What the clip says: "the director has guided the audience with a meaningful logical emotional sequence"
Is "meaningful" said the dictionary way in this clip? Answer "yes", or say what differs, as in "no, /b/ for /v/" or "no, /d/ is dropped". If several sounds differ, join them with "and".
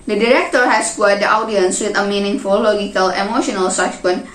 yes